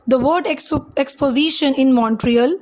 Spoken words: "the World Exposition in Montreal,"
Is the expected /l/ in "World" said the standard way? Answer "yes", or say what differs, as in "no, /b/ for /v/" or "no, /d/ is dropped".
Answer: no, /l/ is dropped